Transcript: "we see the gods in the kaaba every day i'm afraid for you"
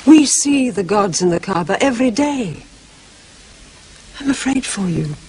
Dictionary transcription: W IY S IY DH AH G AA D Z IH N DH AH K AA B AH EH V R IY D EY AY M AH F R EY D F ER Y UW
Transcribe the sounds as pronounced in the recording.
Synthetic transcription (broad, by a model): W IY S IY DH AH G AA D Z IH N DH AH K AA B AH EH V R IY D EY AY M AH F R EY D F ER Y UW